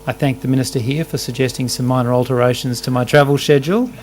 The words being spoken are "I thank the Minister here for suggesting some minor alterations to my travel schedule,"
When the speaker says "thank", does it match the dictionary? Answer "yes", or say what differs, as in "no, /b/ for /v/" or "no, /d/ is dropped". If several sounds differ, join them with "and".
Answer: yes